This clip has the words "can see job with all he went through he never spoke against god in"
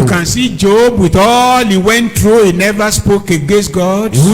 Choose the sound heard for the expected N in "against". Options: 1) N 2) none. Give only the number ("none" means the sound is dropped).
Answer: 2